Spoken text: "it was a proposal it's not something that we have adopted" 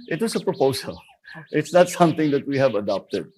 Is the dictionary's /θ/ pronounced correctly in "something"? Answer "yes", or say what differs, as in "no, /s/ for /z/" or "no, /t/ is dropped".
no, /t/ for /θ/